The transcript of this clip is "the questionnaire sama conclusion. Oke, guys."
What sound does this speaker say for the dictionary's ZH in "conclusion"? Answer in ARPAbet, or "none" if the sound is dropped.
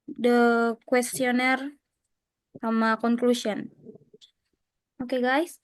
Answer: S